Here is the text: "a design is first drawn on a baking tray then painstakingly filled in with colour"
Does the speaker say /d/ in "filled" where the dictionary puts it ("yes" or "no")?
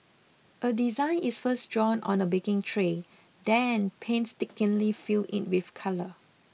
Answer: no